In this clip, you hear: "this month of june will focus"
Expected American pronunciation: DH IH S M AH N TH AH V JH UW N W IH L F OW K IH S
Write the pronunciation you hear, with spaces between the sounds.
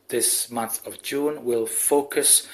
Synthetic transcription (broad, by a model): DH IH S M AH N TH AH V JH UW N W IH L F OW K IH S